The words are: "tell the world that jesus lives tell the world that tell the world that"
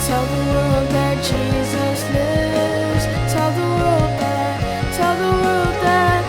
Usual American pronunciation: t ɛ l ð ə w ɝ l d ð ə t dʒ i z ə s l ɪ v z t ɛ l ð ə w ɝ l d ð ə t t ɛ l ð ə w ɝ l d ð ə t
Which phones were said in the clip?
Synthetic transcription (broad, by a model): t ɛ l ð ə w ɝ l d ð ə t dʒ i z ə s l ɪ v z t ɛ l ð ə w ɝ l d ð ə t t ɛ l ð ə w ɝ l d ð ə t